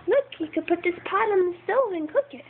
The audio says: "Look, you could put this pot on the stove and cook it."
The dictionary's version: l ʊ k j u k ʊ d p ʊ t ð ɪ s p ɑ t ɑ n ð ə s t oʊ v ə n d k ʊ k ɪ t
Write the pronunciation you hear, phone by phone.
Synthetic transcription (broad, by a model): l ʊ k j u k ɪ d p ʊ t ð ɪ s p ɑ t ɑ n ð ə s t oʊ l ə n k ʊ k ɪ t